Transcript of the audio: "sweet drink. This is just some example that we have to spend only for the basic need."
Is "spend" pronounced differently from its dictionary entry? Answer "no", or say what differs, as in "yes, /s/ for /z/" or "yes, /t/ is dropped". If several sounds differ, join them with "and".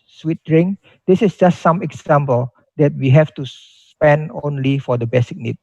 no